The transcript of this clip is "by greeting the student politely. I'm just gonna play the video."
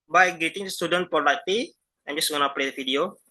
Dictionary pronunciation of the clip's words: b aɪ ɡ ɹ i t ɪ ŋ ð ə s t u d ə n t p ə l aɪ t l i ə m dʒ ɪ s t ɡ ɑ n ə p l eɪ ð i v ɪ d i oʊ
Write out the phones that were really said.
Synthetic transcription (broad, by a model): b aɪ ɡ ɛ t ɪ ŋ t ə s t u d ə n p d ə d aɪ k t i ə m dʒ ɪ s ɡ ɑ n ə p l eɪ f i d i oʊ